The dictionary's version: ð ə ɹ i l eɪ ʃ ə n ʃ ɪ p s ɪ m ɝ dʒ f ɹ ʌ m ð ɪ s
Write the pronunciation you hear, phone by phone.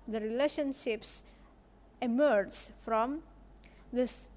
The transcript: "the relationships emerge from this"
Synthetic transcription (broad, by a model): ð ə ɹ i l eɪ ʃ ə n ʃ ɪ p s ɪ m ɝ dʒ f ɹ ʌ m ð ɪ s